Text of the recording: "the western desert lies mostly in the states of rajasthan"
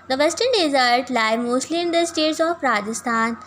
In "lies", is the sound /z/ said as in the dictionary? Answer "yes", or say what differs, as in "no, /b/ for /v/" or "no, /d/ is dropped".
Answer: no, /z/ is dropped